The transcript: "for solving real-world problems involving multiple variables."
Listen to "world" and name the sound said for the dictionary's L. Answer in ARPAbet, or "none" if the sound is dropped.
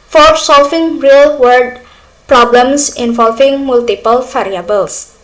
none